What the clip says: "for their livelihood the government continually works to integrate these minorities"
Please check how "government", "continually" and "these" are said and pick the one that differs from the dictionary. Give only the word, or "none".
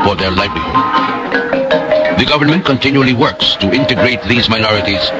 none